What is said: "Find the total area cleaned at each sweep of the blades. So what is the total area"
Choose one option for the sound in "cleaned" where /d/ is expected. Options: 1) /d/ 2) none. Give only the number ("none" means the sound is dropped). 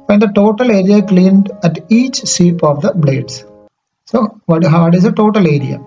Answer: 1